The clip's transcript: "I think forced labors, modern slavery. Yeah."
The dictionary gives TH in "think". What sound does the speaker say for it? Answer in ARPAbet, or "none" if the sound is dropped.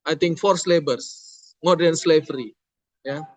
T